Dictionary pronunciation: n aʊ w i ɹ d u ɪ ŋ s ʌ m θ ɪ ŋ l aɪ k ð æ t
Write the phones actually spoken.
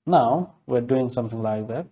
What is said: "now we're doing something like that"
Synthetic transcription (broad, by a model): n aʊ w i ɹ d u ɪ ŋ s ʌ m θ ɪ ŋ l aɪ k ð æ t